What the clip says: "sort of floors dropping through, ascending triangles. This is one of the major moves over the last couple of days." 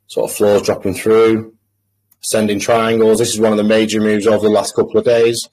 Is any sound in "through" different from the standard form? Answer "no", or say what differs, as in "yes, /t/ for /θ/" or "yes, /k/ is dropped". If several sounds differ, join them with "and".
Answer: no